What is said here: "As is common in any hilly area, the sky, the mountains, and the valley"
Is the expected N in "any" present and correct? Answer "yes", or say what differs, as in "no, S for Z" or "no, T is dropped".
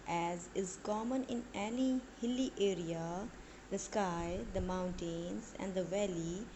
no, L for N